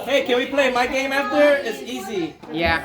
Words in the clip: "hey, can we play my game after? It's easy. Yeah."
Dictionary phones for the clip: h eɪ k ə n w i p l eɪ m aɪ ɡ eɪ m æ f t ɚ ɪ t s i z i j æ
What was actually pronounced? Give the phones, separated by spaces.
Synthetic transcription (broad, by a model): h eɪ k ə n w i p l eɪ m aɪ ɡ eɪ m æ f t ɚ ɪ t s i z i j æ